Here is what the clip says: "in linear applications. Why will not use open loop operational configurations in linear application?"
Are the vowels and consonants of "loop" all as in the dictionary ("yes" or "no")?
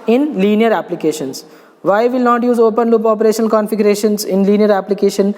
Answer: yes